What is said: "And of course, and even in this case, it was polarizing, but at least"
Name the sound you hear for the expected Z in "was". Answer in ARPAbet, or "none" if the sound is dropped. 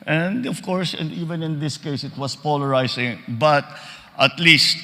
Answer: S